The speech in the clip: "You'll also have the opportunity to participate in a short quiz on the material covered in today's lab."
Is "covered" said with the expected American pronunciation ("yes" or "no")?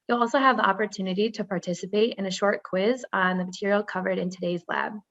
yes